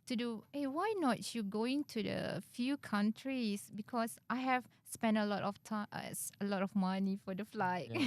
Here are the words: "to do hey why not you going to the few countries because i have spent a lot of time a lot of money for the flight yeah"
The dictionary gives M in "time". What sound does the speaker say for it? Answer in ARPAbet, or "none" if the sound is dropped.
none